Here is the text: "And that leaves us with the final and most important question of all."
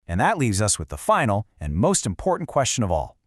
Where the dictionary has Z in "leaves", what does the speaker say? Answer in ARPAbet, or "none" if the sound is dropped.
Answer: Z